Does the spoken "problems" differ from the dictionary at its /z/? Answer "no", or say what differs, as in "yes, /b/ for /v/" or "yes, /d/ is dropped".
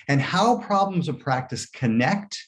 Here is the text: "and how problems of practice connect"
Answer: no